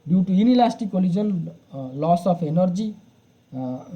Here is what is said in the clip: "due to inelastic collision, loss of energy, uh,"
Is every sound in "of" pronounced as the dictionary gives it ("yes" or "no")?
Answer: no